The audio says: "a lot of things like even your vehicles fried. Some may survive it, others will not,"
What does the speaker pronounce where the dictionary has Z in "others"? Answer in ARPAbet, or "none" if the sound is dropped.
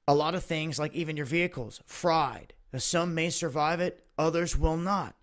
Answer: Z